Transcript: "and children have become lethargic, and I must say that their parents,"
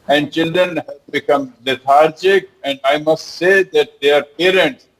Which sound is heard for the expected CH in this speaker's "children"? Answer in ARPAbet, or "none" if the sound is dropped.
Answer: CH